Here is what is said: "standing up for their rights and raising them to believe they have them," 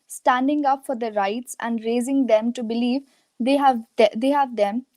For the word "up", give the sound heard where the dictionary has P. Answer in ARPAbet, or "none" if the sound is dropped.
P